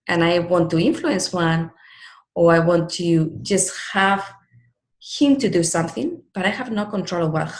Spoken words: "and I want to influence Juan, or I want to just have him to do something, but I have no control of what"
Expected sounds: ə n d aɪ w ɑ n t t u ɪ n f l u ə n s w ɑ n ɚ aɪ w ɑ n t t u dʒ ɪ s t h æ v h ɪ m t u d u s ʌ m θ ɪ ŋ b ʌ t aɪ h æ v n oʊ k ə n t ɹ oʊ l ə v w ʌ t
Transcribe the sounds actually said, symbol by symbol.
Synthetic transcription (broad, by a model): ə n aɪ w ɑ n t t u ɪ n f l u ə n s w ɑ n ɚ aɪ w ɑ n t t u dʒ ɪ s t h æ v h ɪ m t u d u s ʌ m θ ɪ ŋ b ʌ t aɪ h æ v n oʊ k ə n t ɹ oʊ l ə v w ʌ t